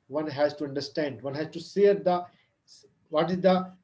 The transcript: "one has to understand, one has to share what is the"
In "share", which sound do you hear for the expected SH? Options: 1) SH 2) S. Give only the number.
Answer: 2